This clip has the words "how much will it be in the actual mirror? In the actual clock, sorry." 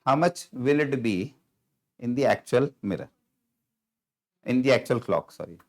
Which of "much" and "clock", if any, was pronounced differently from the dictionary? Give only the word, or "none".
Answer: none